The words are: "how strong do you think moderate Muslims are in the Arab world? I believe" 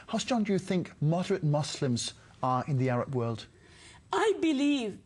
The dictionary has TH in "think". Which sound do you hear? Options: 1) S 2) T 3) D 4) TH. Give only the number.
4